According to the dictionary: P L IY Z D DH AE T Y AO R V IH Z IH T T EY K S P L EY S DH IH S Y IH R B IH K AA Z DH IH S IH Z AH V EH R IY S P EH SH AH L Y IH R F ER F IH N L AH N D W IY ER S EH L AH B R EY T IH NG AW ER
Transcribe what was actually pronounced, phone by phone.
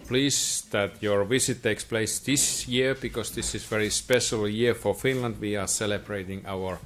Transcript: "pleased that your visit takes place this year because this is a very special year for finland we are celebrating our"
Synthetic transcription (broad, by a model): P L IY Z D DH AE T Y AO R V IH S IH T T EY K S P L EY S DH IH S Y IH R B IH K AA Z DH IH S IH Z V EH R IY S P EH SH AH L Y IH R F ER F IH N L AH N D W IY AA S EH L AH B R EY T IH NG AW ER